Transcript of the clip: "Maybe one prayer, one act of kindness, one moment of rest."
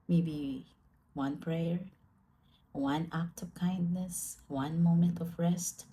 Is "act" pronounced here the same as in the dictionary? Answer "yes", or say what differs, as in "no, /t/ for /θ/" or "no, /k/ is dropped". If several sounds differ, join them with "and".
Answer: yes